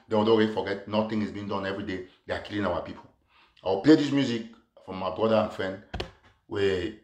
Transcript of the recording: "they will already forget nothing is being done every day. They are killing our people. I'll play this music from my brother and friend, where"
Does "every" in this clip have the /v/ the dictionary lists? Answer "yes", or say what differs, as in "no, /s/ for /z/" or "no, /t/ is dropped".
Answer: yes